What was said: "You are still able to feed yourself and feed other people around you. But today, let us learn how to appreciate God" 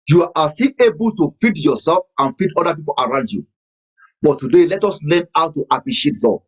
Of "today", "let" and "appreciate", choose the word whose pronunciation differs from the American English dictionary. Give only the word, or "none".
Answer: none